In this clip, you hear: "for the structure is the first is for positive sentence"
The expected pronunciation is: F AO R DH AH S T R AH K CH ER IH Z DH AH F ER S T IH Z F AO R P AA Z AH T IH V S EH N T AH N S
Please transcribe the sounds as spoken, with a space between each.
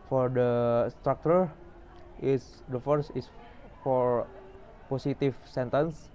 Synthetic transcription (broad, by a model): F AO R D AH S T R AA K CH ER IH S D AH F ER S IH S F AO R P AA S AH T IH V S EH N T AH N S